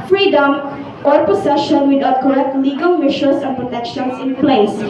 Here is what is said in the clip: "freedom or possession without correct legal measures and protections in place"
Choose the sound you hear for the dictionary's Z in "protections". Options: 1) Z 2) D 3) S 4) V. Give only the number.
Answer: 3